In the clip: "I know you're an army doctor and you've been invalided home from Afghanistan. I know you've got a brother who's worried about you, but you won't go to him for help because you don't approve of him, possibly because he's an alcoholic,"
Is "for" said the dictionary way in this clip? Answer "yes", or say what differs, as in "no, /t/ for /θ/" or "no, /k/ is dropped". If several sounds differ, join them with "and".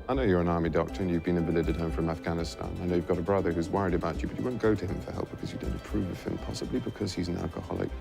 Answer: yes